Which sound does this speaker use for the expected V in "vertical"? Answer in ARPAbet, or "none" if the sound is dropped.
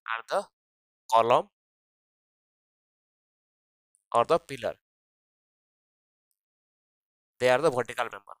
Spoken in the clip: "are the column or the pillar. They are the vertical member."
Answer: B